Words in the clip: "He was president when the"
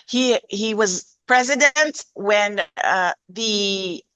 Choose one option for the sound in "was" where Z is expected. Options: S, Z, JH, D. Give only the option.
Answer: Z